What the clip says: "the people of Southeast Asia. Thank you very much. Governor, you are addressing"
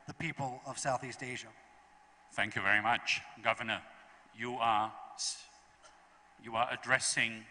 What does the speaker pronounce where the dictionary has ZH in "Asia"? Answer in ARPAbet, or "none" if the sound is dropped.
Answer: ZH